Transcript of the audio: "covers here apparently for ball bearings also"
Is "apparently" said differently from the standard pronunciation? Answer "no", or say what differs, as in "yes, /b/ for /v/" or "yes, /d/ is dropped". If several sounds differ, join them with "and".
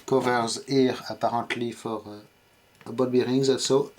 yes, /n/ is dropped